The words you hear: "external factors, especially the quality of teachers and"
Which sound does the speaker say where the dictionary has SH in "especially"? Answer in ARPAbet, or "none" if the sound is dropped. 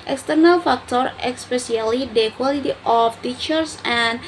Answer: S